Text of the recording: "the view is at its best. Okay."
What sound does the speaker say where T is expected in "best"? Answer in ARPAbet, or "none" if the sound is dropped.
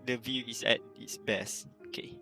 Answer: none